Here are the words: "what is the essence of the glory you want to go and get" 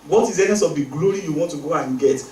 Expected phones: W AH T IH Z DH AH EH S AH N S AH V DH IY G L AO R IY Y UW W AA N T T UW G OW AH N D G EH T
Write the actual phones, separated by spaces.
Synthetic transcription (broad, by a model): W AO T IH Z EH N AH S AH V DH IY G L AO R IY Y UW W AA N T T UW G OW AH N G EH T